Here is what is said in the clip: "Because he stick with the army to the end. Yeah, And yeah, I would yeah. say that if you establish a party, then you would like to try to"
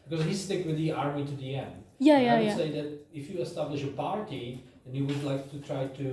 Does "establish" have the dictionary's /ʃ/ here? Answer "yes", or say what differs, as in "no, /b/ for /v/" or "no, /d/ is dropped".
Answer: yes